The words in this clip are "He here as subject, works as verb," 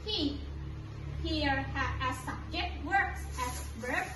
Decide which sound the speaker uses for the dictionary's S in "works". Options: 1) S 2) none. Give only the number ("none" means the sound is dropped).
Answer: 1